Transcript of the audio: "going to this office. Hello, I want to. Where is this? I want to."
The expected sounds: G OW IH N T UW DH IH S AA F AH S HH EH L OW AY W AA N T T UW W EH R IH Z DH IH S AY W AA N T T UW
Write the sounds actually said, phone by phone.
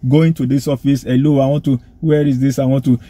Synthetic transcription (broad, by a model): G OW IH N T UW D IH S AA F AH S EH L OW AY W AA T T UW W EH R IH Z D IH S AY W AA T T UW